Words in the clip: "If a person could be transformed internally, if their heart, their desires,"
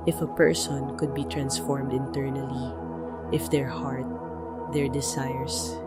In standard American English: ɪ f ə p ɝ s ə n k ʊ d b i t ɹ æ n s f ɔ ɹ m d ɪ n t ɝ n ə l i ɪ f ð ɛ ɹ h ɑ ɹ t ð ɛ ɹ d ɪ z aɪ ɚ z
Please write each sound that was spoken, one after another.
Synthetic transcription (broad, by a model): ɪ f ə p ɝ s ə n k ʊ d b i t ɹ æ n s f ɔ ɹ m d ɪ n t ɝ n ə l i ɪ f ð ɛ ɹ h ɑ ɹ t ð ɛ ɹ d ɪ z aɪ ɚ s